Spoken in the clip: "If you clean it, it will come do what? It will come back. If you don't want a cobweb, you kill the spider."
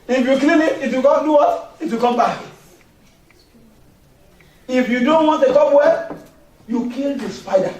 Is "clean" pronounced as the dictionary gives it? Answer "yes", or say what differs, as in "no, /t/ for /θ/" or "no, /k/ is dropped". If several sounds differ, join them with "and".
no, /l/ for /n/